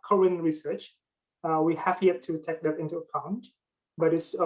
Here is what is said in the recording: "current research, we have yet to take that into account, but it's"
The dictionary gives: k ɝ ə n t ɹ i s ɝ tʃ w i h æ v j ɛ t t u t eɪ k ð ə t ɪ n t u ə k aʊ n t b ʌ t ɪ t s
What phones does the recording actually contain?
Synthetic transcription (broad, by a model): k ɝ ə n ɹ i s ɝ tʃ w i h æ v j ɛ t t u t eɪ k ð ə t ɪ n t u ə k aʊ n t b ʌ t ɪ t s